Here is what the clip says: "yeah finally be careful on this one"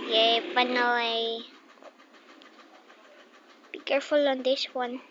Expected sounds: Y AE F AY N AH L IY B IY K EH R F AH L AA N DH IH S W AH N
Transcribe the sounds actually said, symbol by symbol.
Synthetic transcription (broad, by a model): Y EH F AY N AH IY B IY K EH R F AH L AA N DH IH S W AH N